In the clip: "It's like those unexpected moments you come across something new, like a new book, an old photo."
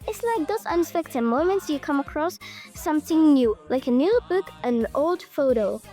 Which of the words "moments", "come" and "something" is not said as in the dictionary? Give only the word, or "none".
none